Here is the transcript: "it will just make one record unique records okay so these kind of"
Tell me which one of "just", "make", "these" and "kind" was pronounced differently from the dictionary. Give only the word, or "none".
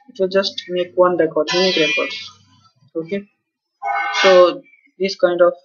these